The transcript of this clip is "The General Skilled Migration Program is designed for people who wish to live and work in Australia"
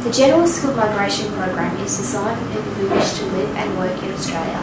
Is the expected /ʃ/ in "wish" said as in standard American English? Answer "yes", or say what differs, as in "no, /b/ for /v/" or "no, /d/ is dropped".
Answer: yes